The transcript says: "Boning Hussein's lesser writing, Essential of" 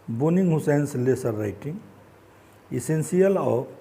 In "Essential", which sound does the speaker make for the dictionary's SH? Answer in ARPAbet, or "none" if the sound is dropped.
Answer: S